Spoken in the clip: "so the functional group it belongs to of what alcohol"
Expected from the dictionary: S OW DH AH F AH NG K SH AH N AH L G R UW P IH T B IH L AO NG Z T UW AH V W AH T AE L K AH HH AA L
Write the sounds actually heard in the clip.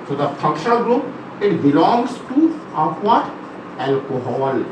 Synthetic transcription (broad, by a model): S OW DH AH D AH K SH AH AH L G R UW P IH T B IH L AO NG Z T UW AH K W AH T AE L K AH HH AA L